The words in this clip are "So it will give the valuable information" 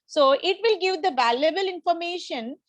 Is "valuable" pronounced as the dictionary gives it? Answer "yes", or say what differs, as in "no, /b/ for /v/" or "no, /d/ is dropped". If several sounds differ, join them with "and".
yes